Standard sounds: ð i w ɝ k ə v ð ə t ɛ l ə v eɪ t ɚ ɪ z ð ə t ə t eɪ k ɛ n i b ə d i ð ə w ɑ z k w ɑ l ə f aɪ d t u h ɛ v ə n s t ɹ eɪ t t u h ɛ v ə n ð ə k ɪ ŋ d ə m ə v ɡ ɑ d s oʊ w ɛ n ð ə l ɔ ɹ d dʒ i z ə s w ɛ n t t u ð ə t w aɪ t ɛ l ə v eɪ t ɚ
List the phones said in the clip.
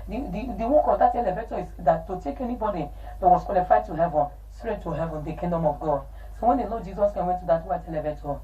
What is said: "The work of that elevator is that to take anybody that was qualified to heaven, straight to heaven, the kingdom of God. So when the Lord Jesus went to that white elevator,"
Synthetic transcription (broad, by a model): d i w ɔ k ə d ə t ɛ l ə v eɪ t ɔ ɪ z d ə t ə t eɪ k ɛ n i b ə d i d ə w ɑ s k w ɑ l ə f aɪ t u h ɛ v ə n s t ɹ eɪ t t u h ɛ v ə n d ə k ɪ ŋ d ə m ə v ɡ ɑ d s oʊ w ɛ n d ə l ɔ dʒ i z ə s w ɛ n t t u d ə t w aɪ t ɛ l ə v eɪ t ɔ